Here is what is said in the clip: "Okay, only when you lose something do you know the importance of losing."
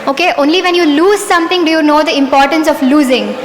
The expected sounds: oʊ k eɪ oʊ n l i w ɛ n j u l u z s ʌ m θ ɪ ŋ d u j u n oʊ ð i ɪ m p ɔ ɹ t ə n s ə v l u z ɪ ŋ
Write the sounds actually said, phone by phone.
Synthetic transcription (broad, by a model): oʊ k eɪ oʊ n l i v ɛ n j u l u z s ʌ m t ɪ ŋ d u j u n oʊ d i ɪ m p ɔ ɹ t ə n s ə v l u z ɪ ŋ